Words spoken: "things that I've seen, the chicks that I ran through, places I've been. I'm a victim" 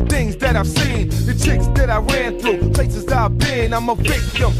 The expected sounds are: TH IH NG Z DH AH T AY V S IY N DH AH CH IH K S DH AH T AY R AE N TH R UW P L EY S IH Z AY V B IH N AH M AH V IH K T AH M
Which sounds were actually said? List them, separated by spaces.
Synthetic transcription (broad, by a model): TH IH NG Z DH AH T AY V S IY N DH AH CH IH K S DH AH T AY R AE N TH R UW P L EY S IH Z AY V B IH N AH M AH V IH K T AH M